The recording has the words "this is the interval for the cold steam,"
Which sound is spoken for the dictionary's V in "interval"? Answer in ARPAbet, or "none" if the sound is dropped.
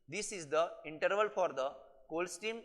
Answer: V